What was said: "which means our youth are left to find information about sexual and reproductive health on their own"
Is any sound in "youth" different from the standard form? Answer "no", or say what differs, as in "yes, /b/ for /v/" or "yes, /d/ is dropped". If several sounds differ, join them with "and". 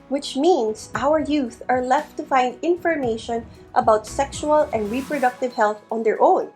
no